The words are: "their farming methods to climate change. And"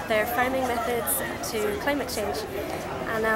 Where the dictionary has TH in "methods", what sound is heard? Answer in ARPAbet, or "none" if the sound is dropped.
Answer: TH